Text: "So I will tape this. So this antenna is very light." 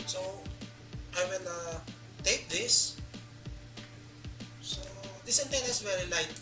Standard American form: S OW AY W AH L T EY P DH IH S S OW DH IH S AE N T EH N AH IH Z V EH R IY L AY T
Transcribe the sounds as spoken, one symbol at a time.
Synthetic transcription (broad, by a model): S OW AY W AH N T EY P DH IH S S OW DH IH S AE N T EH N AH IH S V EH R IY L AY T